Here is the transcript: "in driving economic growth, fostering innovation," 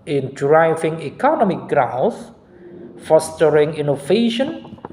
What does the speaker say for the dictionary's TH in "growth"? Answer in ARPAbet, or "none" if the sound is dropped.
S